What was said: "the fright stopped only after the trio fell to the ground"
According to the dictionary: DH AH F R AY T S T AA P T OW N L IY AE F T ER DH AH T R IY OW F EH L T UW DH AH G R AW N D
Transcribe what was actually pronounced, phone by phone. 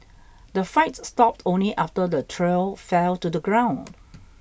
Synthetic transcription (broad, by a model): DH AH F AY T S T AA P T OW N L IY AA F T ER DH AH T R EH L F EH L T UW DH AH G R AW N D